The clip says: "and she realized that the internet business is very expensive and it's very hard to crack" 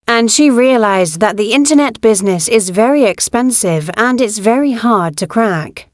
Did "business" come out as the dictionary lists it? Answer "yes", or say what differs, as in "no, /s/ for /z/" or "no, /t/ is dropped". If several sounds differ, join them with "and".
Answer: yes